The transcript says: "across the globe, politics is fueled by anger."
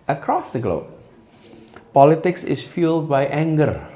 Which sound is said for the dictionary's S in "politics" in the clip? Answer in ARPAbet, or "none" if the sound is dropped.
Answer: S